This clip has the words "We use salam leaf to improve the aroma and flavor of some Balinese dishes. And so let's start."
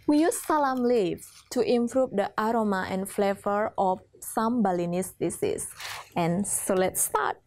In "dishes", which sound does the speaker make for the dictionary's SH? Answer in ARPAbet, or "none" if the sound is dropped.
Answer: S